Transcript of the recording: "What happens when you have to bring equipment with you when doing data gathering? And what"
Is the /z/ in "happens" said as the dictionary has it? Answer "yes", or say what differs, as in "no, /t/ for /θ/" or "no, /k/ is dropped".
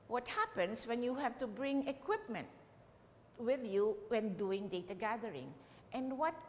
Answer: no, /s/ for /z/